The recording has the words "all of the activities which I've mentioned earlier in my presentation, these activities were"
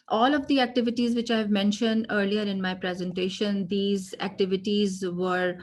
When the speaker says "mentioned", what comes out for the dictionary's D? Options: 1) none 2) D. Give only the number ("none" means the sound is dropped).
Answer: 2